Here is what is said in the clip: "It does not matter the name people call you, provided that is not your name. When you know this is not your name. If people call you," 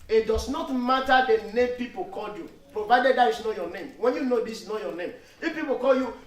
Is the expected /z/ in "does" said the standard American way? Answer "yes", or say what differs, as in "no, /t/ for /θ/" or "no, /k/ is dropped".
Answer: no, /s/ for /z/